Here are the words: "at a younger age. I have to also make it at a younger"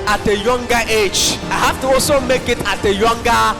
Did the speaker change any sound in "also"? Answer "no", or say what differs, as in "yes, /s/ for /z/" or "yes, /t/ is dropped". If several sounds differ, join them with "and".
yes, /l/ is dropped